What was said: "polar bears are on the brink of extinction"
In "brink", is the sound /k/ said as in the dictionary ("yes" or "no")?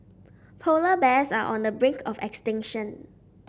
yes